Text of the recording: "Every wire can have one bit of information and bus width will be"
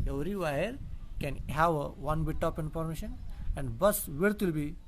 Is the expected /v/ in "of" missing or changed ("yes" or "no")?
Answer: yes